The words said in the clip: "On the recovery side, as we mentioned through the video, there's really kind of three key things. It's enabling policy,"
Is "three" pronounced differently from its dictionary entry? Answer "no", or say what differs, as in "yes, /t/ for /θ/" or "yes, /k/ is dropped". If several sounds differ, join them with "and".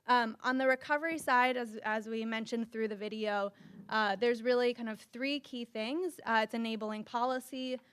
no